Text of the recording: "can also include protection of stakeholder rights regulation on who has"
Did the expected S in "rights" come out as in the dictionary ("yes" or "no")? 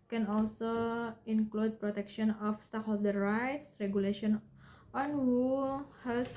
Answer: yes